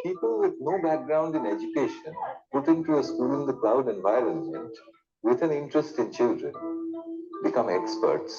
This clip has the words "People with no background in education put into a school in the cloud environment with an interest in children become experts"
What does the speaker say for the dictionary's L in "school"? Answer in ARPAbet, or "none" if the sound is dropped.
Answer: L